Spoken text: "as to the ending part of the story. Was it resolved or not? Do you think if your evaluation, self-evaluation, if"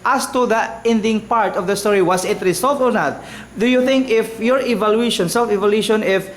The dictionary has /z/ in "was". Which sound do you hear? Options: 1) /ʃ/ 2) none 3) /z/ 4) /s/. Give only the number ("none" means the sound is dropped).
4